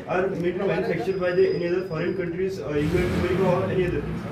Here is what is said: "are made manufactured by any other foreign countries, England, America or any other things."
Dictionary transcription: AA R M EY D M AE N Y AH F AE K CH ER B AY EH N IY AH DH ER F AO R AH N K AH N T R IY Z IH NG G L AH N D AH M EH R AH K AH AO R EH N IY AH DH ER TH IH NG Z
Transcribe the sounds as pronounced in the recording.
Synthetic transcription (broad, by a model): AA R M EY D M AE N Y AH F AE K CH ER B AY EH N IY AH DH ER F AO R AH N K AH N T R IY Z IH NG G AH D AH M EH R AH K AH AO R EH N IY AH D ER